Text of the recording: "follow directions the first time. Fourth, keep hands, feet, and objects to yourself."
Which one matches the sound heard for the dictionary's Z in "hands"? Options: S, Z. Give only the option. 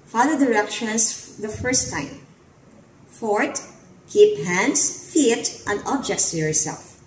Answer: S